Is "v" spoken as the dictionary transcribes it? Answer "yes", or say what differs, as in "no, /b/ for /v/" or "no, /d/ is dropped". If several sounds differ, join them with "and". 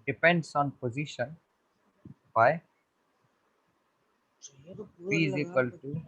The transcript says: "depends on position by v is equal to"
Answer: no, /f/ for /v/